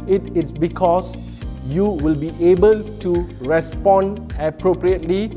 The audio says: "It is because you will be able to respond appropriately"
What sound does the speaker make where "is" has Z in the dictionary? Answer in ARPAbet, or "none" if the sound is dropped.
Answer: S